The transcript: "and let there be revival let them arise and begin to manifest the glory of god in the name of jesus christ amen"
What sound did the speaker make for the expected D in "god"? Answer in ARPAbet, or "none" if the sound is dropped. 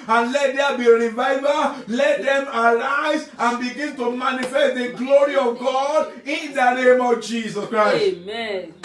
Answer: D